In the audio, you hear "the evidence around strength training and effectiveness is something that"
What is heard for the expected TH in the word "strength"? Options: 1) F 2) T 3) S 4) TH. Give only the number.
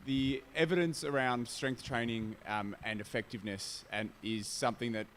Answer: 4